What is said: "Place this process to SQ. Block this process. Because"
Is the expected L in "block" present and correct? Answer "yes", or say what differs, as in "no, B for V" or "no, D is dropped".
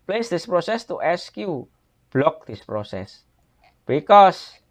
yes